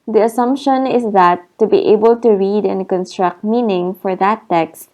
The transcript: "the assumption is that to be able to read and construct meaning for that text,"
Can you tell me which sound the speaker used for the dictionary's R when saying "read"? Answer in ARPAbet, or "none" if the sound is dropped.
R